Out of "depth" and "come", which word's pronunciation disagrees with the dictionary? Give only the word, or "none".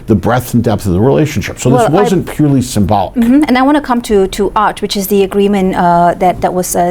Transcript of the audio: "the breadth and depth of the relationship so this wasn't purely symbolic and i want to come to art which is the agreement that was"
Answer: none